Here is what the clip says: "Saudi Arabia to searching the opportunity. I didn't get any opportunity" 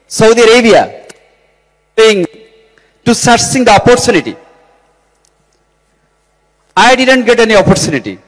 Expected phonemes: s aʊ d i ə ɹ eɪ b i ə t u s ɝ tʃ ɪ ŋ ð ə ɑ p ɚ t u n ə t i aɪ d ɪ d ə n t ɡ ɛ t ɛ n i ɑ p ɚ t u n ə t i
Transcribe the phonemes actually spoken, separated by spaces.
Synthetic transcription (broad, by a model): s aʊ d i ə ɹ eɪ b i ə t u s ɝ s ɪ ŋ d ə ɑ p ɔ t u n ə t i aɪ d ɪ d ə n t ɡ ɛ t ɛ n i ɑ p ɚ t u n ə t i